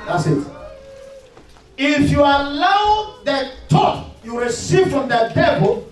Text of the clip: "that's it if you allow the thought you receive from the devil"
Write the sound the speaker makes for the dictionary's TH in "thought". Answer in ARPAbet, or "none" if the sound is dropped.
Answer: T